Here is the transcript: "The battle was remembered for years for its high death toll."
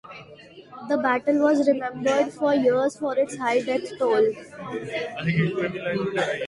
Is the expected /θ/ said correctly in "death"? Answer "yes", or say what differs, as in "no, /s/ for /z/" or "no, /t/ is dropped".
no, /s/ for /θ/